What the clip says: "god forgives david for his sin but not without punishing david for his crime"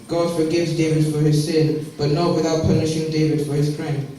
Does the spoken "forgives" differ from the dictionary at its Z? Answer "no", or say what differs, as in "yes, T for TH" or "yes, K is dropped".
no